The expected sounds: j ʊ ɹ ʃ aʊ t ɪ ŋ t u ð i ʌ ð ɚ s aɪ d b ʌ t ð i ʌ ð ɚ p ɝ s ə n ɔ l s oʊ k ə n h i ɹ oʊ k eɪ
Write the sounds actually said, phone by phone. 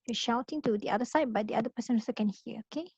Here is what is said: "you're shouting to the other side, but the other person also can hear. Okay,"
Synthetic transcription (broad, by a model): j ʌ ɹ ʃ aʊ t ɪ ŋ t u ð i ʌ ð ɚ s aɪ d b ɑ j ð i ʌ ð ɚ p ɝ s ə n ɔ s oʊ k ə n h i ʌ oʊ k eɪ